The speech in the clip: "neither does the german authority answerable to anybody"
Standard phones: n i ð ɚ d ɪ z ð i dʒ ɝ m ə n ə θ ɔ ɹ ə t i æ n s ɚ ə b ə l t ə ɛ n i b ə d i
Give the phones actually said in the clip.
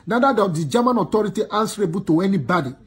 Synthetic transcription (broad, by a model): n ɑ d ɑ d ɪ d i dʒ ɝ m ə n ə t ɔ ɹ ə t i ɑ n s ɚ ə b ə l t ə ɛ n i b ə d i